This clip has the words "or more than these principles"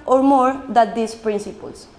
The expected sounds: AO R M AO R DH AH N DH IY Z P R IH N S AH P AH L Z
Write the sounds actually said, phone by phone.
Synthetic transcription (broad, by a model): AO R M AO R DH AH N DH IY S P R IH N S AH P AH L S